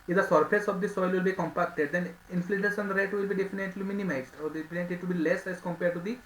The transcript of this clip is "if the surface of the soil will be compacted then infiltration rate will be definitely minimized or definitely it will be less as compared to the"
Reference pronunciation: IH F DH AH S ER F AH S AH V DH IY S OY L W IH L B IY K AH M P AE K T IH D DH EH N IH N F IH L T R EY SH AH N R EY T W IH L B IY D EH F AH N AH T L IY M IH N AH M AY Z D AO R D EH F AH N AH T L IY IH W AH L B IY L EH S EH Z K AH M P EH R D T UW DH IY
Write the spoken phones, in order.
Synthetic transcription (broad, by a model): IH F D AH S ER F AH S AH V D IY S OY L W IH L B IY K AH M P AE K T IH D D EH N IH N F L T EY S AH N R EY T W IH L B IY D EH F AH N AH T L IY M IH N AH M AY Z D AO R D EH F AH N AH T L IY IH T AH B IY L EH S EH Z K AH M P EH R D T UW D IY